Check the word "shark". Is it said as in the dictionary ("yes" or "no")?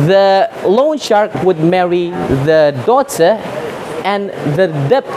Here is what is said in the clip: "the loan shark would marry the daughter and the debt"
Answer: yes